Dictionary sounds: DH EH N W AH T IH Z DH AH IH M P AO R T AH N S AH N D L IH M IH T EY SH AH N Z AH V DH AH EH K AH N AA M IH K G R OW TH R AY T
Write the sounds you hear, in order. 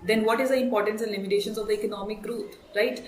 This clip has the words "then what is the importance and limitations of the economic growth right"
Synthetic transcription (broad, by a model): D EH N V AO T IH Z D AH IH M P AO R T AH N S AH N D L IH M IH T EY SH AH N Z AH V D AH EH K AH N AA M IH K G R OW T R AY T